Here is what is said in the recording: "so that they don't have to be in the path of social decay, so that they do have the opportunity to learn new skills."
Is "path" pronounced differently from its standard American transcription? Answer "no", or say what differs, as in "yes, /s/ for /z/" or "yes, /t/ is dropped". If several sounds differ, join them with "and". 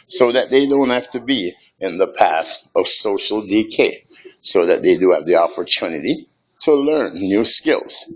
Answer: no